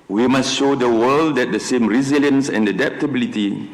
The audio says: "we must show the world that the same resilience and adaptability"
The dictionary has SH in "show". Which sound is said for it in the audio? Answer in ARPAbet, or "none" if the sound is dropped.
SH